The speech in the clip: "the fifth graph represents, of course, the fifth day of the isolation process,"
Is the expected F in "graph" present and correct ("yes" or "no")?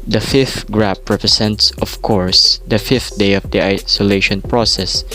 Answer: no